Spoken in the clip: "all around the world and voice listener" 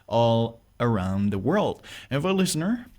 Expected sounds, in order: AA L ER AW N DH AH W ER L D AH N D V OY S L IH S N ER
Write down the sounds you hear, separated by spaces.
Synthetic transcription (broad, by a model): AA L ER AW N DH AH W ER L D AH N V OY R L IH S N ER